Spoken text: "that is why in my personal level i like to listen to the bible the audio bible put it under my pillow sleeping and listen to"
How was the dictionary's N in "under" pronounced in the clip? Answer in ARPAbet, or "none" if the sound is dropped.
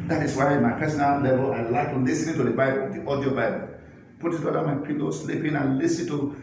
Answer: none